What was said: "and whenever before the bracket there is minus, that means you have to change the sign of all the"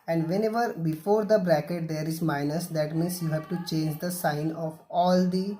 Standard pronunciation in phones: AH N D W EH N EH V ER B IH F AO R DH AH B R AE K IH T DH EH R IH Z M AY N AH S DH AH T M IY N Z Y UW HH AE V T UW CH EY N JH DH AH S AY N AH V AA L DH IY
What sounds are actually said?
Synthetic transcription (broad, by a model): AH N D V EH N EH V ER B IH F AO R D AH B R AE K IH T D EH R IH Z M AY N AH S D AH T M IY N S Y UW HH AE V T UW CH EY N JH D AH S AY N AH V AA L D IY